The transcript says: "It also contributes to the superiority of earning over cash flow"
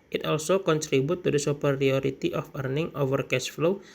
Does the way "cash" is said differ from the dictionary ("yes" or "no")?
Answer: yes